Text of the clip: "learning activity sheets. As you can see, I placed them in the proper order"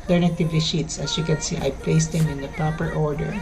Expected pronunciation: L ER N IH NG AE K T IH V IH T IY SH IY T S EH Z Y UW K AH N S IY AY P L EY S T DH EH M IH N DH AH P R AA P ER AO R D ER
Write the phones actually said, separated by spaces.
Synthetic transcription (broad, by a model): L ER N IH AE T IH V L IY SH IY T S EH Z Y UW K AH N S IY AY P L EY S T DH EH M IH N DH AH P R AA P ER AO R D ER